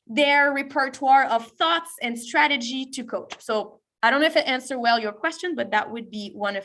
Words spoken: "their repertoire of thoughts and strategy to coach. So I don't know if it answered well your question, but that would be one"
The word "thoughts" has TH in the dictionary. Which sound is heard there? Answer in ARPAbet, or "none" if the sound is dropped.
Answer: TH